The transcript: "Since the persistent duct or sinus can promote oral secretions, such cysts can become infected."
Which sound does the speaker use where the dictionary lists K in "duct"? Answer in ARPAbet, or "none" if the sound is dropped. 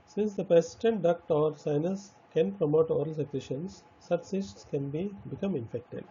K